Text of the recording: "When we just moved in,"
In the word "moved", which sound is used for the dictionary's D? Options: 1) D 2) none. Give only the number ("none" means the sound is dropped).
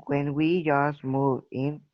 2